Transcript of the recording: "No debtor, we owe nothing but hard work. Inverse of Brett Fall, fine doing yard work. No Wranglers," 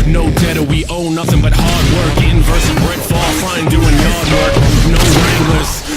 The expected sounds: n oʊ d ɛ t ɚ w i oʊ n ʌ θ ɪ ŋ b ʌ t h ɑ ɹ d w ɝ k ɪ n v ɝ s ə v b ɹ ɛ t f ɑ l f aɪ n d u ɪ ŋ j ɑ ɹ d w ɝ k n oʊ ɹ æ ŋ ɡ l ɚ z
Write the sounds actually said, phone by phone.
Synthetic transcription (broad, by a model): n oʊ d ɛ t ɚ w i oʊ n ʌ θ ɪ ŋ b ʌ t h ɑ ɹ d w ɝ k ɪ n v ɝ s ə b ɹ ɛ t f ɑ l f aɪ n d u ɪ ŋ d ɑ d w ɝ k n oʊ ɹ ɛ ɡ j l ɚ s